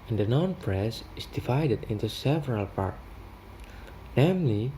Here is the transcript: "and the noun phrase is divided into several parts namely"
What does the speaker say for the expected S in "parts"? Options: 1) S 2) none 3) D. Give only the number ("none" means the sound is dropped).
2